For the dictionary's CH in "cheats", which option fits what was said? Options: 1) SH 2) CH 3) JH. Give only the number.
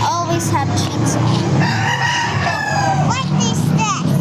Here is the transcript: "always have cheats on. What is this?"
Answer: 1